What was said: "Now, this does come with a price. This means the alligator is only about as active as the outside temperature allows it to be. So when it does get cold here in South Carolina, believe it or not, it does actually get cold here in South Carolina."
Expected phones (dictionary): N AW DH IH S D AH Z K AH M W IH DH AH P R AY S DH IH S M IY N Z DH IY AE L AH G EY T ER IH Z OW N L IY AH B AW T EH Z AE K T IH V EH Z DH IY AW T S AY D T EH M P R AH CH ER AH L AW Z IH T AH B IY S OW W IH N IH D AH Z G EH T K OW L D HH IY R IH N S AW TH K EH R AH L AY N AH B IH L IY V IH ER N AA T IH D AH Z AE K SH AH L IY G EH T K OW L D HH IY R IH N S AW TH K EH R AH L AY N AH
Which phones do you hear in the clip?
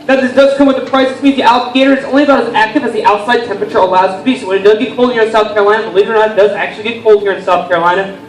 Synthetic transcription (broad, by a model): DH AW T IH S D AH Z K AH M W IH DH AH P R AY S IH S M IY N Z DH IY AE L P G EY T ER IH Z OW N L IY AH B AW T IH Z AE K T IH V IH Z DH IY AW T S AY D T EH M P R AH CH ER AH L AW Z T AH B IY S OW W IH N IH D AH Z G EH T K OW L D HH IY R IH N S AW TH K EH R AH L AY N AH B IH L IY V ER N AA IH D AH Z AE K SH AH L IY G EH T K OW L D HH IY R IH N S AW TH K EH R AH L AY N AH